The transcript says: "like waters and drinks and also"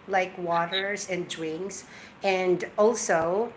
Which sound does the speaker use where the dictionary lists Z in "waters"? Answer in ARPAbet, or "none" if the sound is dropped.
Z